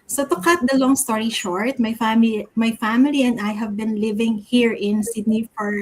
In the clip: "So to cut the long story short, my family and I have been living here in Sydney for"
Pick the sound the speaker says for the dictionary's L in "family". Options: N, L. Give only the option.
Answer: L